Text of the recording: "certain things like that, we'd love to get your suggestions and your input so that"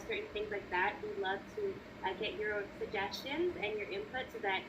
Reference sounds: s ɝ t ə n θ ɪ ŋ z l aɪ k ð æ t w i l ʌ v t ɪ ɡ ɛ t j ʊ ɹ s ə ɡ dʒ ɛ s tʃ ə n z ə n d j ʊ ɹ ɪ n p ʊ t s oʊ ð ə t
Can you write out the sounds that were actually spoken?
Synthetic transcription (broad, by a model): s ɝ t n θ ɪ ŋ z l aɪ k ð æ t w i l ʌ v t ɪ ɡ ɛ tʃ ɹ ʊ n s ə ɡ dʒ ɛ s tʃ ə n z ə n j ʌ ɹ ɪ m p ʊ t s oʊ ð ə t